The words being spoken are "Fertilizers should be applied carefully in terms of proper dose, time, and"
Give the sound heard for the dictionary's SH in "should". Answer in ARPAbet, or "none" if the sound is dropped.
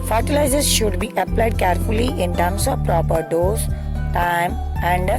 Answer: SH